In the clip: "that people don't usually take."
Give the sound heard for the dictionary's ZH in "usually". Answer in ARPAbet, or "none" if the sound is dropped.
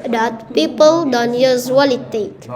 Z